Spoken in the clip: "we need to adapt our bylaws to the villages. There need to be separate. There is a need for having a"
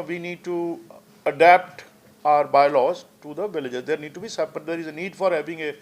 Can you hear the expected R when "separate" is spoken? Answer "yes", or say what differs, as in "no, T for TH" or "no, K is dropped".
no, R is dropped